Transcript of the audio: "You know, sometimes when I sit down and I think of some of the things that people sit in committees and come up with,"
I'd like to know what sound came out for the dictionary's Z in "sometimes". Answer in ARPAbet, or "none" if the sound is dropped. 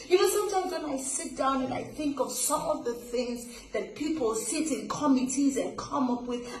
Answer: Z